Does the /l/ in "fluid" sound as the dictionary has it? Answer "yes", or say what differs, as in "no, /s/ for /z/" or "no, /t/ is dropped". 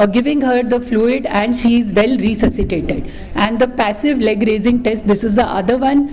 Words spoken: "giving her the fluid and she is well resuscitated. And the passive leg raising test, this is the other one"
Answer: yes